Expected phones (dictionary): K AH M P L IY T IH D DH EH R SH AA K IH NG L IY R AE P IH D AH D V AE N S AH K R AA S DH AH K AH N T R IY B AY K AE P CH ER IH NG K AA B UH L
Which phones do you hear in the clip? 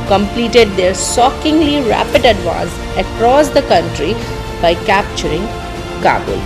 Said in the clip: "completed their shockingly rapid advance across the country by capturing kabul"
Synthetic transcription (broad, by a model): K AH M P L IY T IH D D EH R S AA K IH NG L IY R AE P IH D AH D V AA N S AH K R AA S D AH K AH N T R IY B AY K AE P CH ER IH NG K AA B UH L